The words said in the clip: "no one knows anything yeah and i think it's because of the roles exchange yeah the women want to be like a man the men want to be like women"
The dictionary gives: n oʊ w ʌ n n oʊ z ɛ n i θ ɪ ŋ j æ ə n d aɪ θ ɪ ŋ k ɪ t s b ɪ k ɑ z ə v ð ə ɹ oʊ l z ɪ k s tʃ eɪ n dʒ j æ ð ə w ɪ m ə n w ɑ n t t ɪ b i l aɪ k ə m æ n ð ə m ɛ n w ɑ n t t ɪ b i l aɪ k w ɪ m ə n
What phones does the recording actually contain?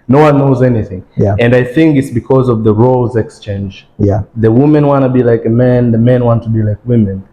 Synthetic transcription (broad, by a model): n oʊ w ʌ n n oʊ z ɛ n i θ ɪ ŋ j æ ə n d aɪ θ ɪ ŋ k ɪ t s b ɪ k ɑ z ə v ð ə ɹ oʊ l z ɪ k s tʃ eɪ n dʒ j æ ð ə w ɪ m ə n w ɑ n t t ɪ b i l aɪ k ə m æ n ð ə m ɛ n w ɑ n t t ɪ b i l aɪ k w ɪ m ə n